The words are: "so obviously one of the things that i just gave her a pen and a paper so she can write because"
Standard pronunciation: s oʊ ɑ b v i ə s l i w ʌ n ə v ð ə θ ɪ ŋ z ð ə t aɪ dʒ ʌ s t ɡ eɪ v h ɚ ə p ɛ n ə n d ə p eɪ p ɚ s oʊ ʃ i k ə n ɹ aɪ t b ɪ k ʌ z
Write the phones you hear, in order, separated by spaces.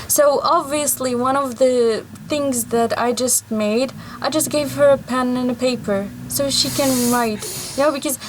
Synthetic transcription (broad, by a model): s oʊ ɑ b v i ə s l i w ʌ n ə v ð ə θ ɪ ŋ z ð ə t aɪ dʒ ʌ s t ɡ eɪ v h ɚ ə p ɛ n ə n ə p eɪ p ɚ s oʊ ʃ i k ə n ɹ aɪ t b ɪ k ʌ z